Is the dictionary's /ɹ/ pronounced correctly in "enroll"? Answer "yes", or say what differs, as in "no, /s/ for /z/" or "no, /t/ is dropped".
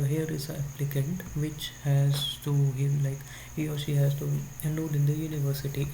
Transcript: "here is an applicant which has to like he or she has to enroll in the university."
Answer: no, /ɹ/ is dropped